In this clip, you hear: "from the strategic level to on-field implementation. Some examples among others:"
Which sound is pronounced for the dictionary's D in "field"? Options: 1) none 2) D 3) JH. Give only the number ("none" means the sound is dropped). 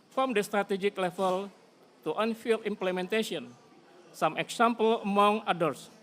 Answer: 1